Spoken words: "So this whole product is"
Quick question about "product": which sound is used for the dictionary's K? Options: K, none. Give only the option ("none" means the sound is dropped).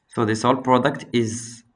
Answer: K